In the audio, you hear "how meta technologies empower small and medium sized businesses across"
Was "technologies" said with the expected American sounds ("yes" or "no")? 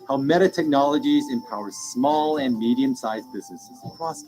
yes